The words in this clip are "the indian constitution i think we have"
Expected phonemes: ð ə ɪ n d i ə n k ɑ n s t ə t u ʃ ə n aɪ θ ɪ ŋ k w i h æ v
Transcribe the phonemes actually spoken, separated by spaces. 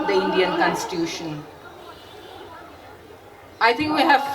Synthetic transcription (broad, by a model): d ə ɪ n d i ə n k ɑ n s t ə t u ʃ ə n aɪ t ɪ ŋ k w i h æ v